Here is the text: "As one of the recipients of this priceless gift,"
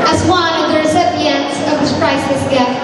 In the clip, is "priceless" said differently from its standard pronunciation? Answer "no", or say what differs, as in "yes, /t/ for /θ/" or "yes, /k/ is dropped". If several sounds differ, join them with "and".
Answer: yes, /l/ is dropped